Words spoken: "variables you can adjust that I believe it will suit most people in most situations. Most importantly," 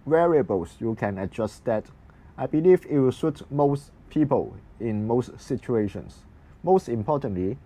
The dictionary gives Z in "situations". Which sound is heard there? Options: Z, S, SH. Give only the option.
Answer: S